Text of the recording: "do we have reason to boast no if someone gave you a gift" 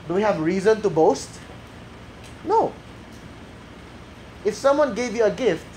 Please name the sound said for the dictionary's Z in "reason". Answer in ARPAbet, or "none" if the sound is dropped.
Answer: Z